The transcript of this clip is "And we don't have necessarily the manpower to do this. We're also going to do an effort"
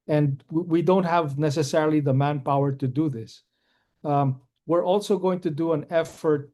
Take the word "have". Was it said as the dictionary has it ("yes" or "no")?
yes